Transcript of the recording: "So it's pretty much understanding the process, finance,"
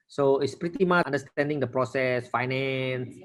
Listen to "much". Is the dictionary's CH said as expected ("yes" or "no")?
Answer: no